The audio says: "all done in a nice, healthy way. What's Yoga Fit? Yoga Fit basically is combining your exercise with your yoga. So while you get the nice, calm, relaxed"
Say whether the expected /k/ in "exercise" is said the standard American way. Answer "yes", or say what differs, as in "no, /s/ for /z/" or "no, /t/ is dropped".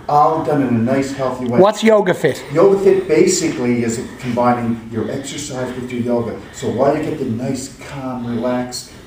yes